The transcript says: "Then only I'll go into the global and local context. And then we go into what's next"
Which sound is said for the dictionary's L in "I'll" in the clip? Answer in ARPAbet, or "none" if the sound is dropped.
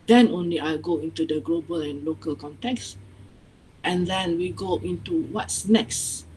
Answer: L